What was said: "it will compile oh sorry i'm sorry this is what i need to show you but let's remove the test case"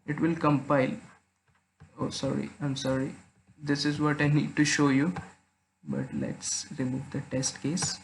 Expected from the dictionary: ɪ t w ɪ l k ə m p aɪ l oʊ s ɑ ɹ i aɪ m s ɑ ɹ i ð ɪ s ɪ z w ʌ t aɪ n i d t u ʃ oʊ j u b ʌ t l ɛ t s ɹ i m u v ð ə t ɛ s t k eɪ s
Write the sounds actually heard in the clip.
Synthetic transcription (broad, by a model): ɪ t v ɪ l k ə m p aɪ l oʊ s ɑ ɹ i aɪ m s ɑ ɹ i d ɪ s ɪ z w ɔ t aɪ n i d t u ʃ oʊ j u b ʌ t l ɛ t s ɹ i m u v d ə t ɛ s t k eɪ s